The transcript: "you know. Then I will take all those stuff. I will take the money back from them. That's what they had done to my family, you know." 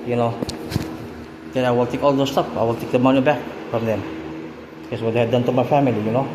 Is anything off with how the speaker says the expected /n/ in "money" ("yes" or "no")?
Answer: no